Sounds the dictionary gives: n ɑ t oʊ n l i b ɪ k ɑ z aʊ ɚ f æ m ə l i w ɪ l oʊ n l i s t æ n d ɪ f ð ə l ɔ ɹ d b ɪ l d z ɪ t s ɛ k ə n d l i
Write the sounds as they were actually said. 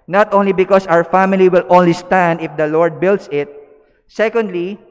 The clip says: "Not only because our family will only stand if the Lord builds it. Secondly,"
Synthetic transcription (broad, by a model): n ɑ t oʊ n l i b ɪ k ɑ s aʊ ɚ f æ m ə l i w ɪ l oʊ n l i s t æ n d ɪ f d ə l ɔ ɹ d b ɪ l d s ɪ t s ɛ k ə n d l i